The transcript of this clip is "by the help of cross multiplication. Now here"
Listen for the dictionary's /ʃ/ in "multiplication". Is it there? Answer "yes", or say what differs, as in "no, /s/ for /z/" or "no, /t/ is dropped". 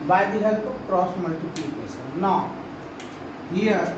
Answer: no, /s/ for /ʃ/